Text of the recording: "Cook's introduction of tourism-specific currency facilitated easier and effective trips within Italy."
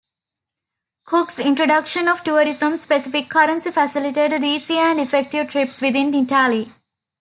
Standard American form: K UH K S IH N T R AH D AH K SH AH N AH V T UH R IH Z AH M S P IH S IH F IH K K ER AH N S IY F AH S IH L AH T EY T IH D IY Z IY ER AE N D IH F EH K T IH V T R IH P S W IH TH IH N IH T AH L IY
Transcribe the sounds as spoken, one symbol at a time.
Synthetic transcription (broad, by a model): K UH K S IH N T R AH D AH K SH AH N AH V T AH R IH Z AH M S P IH S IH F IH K K ER AH N S IY F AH S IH L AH T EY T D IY S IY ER AE N D IH F EH K T IH V T R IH P S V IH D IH N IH T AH L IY